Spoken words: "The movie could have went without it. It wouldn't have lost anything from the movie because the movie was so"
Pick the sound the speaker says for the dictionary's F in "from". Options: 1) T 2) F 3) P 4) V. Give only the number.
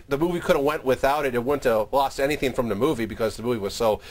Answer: 2